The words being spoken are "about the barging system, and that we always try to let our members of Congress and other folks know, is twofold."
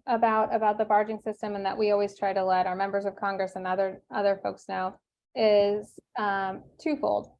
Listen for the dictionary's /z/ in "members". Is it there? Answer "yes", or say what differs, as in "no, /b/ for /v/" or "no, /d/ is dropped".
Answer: yes